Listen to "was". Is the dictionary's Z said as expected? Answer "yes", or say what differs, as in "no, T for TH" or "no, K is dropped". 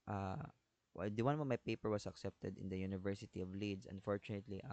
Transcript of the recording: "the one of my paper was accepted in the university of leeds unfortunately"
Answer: no, S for Z